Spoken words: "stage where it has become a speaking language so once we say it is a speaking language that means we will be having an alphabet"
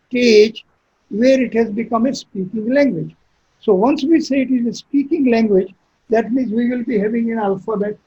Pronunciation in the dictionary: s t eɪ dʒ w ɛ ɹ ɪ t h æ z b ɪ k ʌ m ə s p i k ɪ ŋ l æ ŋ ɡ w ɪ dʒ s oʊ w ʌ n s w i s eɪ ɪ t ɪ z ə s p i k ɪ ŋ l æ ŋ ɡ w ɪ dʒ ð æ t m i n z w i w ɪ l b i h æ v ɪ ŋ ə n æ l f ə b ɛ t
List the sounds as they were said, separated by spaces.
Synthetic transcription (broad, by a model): t eɪ dʒ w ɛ ɹ ɪ t h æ z b ɪ k ʌ m ə s p i k ɪ ŋ l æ ŋ ɡ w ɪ dʒ s oʊ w ʌ n s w i s eɪ ɪ t ɪ z ə s p i k ɪ ŋ l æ ŋ ɡ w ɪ dʒ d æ t m i n z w i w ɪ l b i h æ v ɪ ŋ ə n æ l f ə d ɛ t